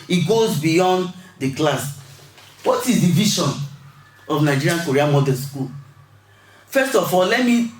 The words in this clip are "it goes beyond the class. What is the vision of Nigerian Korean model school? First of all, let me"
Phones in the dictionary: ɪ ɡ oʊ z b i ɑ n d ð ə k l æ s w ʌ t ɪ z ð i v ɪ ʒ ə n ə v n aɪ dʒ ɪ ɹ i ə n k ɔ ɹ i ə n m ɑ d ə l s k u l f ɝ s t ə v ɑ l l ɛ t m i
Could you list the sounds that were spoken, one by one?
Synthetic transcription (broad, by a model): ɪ ɡ oʊ z b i ɑ n d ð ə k l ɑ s w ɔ t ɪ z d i v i ʃ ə n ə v n aɪ dʒ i ɹ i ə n k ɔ ɹ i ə m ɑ d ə n s k u l f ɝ s t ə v ɑ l l ɛ t m i